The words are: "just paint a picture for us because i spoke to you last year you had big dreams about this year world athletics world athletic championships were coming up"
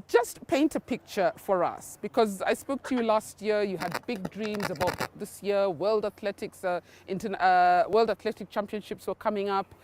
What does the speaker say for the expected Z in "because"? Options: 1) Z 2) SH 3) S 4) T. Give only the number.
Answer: 1